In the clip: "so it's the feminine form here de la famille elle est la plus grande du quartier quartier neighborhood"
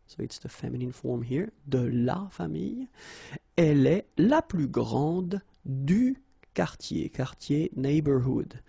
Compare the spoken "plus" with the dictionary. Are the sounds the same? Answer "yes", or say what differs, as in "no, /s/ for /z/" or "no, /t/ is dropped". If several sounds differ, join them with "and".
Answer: no, /s/ is dropped